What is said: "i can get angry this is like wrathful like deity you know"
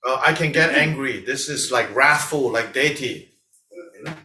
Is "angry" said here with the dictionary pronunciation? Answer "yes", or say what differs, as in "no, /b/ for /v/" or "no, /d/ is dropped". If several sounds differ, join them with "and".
yes